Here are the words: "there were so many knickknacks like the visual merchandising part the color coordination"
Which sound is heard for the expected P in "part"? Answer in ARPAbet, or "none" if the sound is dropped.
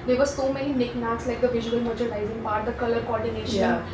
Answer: B